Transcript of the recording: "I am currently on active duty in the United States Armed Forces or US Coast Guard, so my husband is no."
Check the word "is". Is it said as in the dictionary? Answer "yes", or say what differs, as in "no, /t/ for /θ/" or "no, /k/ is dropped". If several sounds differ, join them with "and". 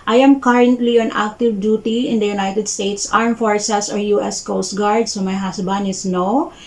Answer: no, /s/ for /z/